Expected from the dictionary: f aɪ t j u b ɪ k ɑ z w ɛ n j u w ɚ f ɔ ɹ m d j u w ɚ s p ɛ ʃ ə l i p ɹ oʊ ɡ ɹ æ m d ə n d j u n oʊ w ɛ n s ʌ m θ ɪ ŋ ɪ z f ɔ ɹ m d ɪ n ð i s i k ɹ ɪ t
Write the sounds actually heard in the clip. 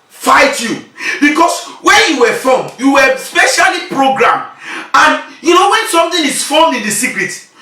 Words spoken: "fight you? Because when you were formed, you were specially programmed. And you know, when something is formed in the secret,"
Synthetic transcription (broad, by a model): f aɪ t j u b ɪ k ɑ s w ɛ n j u w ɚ f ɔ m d j u w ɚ s p ɛ ʃ ə l i p ɹ oʊ ɡ ɹ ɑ m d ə n j u n oʊ w ɛ n s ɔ m t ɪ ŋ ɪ s f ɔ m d ɪ n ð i s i k ɹ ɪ t